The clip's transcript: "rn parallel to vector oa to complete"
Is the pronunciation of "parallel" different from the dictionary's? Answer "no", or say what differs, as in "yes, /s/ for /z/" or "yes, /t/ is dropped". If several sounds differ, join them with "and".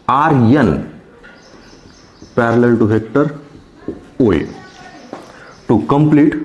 no